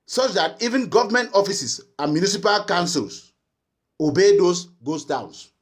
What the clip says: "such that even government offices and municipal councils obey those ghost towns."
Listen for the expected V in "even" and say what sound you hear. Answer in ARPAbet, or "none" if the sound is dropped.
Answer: V